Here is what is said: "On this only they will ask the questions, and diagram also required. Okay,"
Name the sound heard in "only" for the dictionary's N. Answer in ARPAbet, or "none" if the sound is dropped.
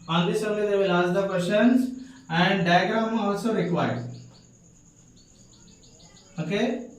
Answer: none